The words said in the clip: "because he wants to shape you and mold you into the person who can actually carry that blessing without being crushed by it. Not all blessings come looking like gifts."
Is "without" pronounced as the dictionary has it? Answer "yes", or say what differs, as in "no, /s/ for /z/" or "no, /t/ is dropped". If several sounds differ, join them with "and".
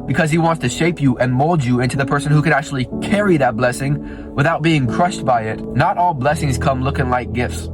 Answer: yes